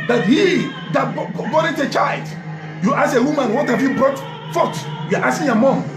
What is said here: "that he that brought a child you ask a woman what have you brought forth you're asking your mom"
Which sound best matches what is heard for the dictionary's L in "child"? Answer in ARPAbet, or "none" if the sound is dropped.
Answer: L